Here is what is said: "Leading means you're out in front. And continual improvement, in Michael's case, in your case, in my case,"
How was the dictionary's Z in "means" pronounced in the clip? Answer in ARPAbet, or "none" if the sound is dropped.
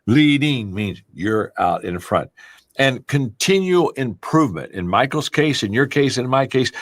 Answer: Z